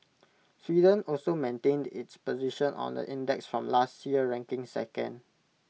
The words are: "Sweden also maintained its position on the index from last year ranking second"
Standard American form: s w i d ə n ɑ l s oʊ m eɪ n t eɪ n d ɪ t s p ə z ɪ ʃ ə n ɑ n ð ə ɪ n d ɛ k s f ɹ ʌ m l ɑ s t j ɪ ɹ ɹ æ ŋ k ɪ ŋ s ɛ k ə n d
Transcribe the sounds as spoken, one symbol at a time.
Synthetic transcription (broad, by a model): s w i d ə n ɑ l s oʊ m eɪ n t eɪ n d ɪ t s p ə z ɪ ʃ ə n ɑ n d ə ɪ n d ɛ k s f ɹ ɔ m l ɑ s t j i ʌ ɹ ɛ ŋ k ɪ ŋ s ɛ k ə n d